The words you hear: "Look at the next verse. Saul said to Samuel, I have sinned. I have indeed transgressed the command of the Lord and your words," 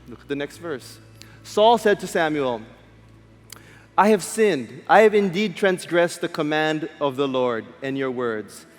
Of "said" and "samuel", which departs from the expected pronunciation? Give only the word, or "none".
none